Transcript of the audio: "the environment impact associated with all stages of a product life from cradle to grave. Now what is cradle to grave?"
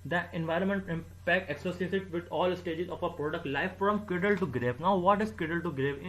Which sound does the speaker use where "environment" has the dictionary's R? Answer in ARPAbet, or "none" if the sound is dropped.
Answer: R